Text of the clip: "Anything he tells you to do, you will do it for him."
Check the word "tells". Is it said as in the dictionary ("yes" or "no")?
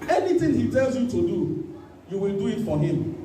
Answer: yes